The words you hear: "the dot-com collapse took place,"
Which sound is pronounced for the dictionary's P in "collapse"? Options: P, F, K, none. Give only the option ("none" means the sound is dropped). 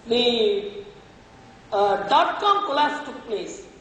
none